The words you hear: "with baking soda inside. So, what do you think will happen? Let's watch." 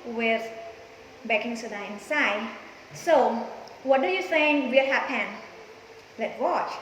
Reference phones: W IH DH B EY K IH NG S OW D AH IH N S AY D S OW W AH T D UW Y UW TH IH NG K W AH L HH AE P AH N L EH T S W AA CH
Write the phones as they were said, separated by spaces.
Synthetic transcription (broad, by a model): W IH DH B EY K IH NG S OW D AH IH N S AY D S OW W AH T D UW Y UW S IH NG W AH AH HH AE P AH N L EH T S W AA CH